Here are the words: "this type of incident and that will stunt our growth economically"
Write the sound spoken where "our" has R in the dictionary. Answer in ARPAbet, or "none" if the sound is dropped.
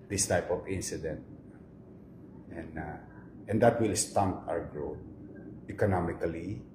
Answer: W